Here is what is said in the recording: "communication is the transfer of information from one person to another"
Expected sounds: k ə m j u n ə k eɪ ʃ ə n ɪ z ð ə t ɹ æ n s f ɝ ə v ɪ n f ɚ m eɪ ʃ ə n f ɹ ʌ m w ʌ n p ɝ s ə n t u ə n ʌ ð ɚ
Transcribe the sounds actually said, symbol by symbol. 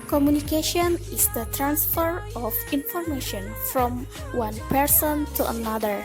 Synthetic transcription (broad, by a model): k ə m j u n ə k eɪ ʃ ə n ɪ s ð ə t ɹ æ n s f ɝ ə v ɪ n f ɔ m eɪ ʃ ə n f ɹ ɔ m w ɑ n p ɝ s ə n t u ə n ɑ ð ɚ